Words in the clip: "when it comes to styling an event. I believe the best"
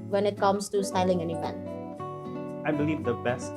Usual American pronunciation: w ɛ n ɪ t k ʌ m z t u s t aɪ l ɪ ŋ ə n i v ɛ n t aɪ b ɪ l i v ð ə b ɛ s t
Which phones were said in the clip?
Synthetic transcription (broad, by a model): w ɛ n ɪ t k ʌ m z t u s t aɪ l ɪ ŋ ə n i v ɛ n aɪ b ɪ l i v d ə b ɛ s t